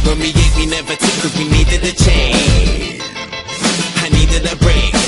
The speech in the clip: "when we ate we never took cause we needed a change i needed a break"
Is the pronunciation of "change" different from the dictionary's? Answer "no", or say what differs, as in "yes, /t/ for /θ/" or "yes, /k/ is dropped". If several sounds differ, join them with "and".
yes, /dʒ/ is dropped